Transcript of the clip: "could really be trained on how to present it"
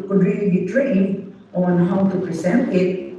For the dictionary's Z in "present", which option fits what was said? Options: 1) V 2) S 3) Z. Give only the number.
2